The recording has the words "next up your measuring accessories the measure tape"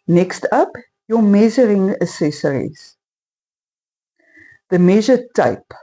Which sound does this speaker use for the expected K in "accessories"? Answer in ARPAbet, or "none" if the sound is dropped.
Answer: none